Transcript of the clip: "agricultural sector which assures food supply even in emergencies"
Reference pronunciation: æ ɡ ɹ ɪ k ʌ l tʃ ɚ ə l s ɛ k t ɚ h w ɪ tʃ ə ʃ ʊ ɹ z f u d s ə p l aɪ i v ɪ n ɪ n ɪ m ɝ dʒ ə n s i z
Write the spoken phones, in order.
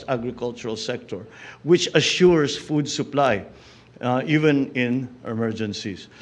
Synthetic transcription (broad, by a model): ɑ ɡ ɹ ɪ k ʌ l tʃ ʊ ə l s ɛ k t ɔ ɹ w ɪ tʃ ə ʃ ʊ ɹ s f u d s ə p l aɪ i v ɪ n ɪ n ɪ m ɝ dʒ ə n s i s